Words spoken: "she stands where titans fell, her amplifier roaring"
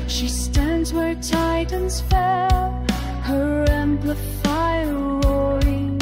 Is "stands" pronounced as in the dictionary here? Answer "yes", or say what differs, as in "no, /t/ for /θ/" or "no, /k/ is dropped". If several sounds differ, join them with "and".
yes